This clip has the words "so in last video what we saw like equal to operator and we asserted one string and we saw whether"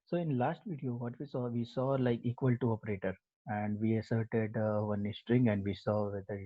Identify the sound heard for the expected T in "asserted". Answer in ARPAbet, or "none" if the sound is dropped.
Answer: T